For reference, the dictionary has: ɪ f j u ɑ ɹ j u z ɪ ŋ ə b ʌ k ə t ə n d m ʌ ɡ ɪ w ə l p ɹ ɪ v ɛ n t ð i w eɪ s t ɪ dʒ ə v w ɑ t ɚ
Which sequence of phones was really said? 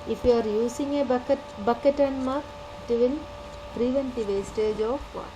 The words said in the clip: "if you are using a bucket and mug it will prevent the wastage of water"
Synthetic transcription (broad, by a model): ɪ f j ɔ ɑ ɹ j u s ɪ ŋ ə b ʌ k ə t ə n m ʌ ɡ ɪ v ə n p ɹ ɪ v ɛ n t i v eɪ s t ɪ dʒ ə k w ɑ